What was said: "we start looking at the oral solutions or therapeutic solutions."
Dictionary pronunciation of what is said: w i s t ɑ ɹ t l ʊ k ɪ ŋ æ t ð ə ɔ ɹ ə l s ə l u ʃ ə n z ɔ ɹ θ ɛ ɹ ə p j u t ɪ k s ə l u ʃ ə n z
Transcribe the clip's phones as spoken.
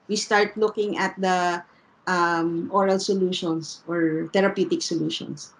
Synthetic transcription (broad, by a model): w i s t ɑ ɹ t l ʊ k ɪ ŋ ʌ t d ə ɔ ɹ ə l s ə l u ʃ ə n s ɔ ɹ t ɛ ɹ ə p j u t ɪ k s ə l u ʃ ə n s